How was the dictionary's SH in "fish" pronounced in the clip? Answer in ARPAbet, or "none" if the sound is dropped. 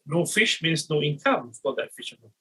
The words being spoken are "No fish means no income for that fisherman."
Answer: SH